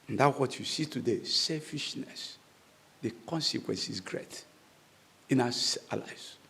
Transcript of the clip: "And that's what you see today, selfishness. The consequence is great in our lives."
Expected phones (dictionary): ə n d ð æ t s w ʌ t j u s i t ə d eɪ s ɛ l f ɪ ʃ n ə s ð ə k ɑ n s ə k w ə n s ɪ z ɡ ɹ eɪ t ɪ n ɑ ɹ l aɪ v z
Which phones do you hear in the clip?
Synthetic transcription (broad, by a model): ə n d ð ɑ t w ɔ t j u s i t ə d eɪ s ɛ l f ɪ ʃ n ə s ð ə k ɑ n s ə k w ə n s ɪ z ɡ ɹ eɪ t ɪ n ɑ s l aɪ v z